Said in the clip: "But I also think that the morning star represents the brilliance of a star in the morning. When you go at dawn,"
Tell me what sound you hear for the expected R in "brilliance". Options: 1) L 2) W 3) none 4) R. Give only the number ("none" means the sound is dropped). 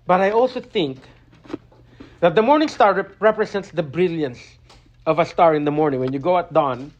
4